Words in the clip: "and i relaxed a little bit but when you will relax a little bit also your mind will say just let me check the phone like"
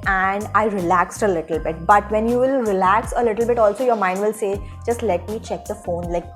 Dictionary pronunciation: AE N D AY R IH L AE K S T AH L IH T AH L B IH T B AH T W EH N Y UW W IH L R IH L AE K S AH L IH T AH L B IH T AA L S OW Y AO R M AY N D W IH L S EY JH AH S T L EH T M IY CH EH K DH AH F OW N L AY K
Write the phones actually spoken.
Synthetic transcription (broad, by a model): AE N D AY R IH L AE K S T AH L IH T AH L B IH T B AH T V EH N Y UW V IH L R IH L AE K S AH L IH T AH L B IH T AA L S OW Y AO R M AY N D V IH L S EY JH AH S T L EH T M IY CH EH K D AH F OW N L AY K